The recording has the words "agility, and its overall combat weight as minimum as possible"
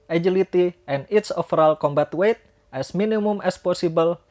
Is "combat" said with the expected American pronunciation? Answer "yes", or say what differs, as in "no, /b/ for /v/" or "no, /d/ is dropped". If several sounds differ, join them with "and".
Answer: yes